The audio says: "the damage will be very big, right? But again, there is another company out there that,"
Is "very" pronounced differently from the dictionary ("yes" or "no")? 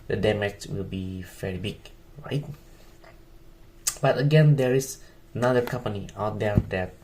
yes